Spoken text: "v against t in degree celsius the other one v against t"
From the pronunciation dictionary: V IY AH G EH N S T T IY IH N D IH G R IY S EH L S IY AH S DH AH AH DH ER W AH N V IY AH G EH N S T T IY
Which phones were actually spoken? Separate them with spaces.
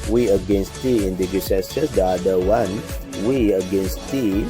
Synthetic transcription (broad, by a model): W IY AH G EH N S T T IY IH N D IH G IY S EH S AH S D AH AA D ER W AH N W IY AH G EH N S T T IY